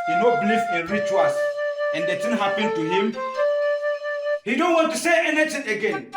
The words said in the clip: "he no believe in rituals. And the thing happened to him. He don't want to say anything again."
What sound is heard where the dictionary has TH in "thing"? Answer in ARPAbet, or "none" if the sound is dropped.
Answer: T